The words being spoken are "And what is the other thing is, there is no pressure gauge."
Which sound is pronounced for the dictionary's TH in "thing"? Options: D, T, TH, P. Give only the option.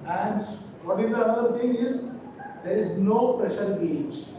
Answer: T